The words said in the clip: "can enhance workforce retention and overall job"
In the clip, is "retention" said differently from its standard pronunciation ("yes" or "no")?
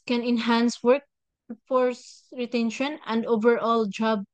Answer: no